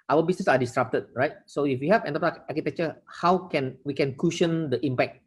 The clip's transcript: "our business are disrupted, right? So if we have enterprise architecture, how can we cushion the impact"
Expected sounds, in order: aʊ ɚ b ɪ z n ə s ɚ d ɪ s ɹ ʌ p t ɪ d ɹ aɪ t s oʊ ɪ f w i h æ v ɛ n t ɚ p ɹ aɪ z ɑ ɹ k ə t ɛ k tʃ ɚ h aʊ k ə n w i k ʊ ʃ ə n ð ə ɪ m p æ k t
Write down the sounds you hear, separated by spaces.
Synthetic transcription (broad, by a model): aʊ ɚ b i s n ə s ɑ d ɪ s ɹ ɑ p t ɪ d ɹ aɪ t s oʊ ɪ f w i h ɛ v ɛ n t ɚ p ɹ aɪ ɑ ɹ k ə t ɛ k tʃ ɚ h aʊ k ə n w i k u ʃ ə n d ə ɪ m p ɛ k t